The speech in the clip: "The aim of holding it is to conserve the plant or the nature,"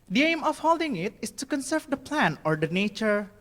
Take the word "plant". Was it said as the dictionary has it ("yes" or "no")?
no